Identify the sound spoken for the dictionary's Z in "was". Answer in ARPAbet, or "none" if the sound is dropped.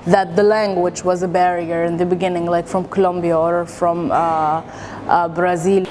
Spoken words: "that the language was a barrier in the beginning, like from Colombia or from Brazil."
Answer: Z